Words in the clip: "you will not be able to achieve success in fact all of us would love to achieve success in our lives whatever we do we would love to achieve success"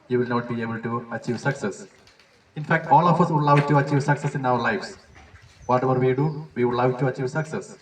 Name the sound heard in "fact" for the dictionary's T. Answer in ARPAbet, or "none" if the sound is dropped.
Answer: T